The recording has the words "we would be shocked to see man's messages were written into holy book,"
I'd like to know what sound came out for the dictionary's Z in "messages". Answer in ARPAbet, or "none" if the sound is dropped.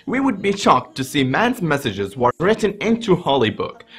Z